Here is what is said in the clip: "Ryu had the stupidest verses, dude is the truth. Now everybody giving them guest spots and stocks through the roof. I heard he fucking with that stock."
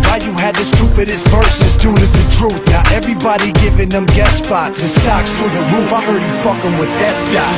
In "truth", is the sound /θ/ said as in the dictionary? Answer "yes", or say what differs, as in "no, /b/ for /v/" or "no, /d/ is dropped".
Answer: yes